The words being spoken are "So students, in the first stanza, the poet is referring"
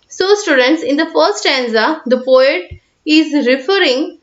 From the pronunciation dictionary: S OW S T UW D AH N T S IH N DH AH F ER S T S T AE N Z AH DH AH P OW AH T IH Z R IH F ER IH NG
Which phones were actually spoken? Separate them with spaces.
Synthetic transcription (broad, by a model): S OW S T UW D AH N T S IH N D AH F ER T S T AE N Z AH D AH P OW AH T IH Z R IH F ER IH NG